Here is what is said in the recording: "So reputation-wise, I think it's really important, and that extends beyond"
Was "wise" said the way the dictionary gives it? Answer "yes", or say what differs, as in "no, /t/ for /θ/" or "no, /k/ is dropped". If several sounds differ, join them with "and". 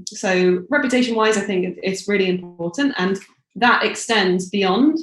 yes